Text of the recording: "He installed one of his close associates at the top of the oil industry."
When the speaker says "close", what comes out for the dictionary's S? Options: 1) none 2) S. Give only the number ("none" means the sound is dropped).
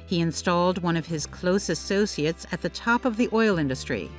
2